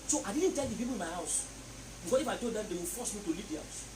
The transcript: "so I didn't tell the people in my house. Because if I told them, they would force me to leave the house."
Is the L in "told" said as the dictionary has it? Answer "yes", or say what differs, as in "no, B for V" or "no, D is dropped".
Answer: no, L is dropped